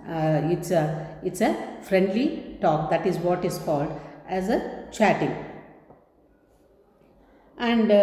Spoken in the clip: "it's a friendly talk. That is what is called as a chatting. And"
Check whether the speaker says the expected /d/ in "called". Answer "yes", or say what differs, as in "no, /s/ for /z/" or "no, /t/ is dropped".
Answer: yes